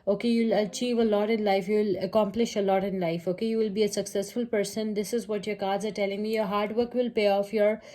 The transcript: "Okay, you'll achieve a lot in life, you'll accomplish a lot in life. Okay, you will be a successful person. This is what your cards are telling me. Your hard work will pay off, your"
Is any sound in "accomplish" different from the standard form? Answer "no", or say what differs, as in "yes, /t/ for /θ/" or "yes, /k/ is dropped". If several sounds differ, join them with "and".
no